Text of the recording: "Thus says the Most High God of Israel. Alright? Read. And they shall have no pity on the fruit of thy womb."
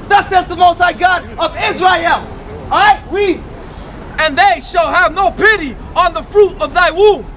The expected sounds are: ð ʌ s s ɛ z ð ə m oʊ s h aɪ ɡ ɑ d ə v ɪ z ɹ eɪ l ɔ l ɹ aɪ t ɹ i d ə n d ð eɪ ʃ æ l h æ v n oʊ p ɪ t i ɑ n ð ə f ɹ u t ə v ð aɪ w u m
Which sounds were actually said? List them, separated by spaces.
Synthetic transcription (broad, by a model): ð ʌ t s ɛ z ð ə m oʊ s aɪ ɡ ɑ d ə v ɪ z ɹ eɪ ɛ l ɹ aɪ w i ə n ð eɪ ʃ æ l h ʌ v n oʊ p ɪ t i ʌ n ð ə f ɹ u t ə v ð aɪ w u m